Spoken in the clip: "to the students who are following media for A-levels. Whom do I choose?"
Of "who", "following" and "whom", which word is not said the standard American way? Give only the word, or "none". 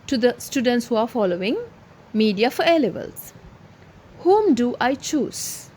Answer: none